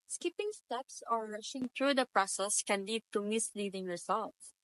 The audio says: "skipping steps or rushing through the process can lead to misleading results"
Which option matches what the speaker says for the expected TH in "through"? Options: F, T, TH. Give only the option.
T